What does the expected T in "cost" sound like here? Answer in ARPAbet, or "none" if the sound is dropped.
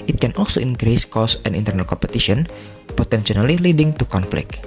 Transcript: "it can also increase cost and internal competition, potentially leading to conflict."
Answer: none